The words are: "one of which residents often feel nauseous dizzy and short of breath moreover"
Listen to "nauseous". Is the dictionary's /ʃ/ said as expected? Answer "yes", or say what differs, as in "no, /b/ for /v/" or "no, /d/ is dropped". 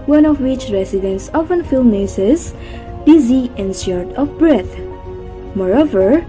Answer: no, /s/ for /ʃ/